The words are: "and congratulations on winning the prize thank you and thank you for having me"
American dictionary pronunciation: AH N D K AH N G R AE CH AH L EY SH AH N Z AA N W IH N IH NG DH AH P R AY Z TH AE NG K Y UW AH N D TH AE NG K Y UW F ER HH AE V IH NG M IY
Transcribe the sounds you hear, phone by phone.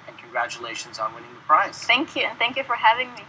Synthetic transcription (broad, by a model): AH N K AH N G R AE CH AH L EY SH AH N Z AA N W IH N IH NG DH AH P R AY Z TH AE NG K Y UW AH N TH AE NG K Y UW F ER HH AE V IH NG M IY